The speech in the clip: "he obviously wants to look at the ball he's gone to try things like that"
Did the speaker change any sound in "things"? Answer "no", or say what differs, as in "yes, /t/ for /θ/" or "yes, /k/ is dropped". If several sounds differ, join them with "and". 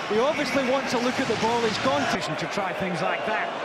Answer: no